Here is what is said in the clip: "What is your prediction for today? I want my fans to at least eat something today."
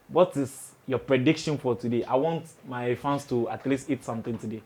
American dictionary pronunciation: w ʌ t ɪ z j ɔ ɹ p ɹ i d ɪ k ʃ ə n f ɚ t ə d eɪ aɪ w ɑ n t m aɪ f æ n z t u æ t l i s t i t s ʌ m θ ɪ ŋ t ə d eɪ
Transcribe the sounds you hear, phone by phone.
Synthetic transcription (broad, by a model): w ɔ t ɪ s j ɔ p ɹ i d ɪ k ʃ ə n f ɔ t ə d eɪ aɪ w ɑ n t m aɪ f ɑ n s t u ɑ t l i s t i t s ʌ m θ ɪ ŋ t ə d eɪ